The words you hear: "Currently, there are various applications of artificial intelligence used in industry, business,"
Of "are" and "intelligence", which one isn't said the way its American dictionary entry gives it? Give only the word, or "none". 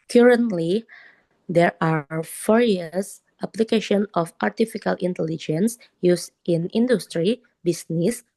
none